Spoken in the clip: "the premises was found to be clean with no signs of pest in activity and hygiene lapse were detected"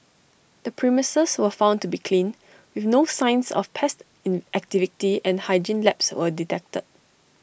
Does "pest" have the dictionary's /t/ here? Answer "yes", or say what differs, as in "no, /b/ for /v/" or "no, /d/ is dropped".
yes